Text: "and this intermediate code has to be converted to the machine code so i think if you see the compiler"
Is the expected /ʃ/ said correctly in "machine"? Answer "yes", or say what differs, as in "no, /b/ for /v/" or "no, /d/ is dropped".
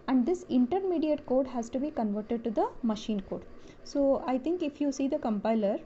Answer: yes